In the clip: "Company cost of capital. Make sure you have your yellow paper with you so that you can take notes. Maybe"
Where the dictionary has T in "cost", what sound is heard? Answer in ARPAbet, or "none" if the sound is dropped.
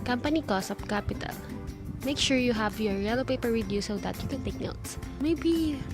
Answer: none